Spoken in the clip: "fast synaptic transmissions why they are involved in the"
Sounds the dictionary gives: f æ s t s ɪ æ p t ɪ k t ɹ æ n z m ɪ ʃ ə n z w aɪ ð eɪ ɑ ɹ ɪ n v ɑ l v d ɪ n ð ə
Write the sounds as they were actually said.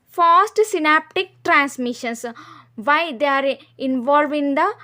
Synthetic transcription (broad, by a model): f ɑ s t s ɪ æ p t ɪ k t ɹ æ n s m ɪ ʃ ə n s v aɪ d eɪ ɑ ɹ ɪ n v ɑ l v ɪ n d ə